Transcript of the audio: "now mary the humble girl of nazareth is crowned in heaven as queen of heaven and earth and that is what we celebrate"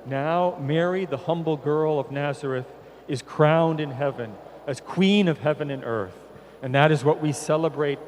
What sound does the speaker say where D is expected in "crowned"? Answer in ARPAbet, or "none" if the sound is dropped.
D